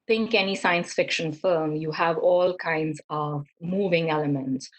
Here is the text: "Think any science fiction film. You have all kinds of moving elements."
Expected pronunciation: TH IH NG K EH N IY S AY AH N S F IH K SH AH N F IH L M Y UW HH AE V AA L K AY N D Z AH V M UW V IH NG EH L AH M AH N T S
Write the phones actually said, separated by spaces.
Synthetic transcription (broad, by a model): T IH NG K EH N IY S AY AH N S F IH K SH AH N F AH M Y UW HH AE V AA L K AY N D Z AH V M UW V IH NG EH L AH M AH N T S